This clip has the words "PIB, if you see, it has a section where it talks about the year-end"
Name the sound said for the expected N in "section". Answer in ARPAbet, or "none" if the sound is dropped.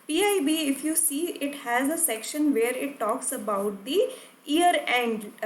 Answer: N